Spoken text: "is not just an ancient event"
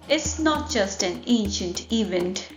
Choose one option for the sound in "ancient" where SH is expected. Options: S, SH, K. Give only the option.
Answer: SH